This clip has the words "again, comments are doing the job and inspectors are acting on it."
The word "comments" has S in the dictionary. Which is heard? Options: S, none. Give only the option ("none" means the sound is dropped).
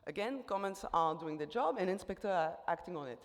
S